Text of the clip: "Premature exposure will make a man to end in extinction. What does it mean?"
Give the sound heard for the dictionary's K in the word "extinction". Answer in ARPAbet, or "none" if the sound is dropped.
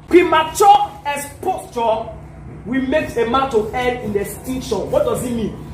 none